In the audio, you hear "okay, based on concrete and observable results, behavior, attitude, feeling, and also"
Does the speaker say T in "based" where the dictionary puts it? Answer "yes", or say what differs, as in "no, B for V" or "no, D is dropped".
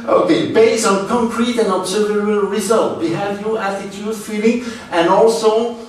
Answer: no, T is dropped